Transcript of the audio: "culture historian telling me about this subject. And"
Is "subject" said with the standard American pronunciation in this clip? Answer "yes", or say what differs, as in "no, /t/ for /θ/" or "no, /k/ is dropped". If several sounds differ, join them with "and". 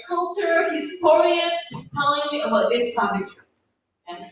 no, /dʒ/ is dropped and /k/ is dropped